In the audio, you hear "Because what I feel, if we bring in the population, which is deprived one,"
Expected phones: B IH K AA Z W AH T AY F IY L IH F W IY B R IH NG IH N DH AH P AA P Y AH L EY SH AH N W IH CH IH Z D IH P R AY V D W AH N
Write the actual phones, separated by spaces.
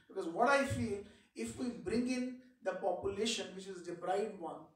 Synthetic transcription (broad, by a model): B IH K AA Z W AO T AY F IY L IH F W IY B R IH NG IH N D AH P AA P Y AH L EY SH AH N W IH CH IH Z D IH B R AY D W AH N